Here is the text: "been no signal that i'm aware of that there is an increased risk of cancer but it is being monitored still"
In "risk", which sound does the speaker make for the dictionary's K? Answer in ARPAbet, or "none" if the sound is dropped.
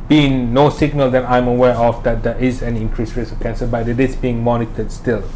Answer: none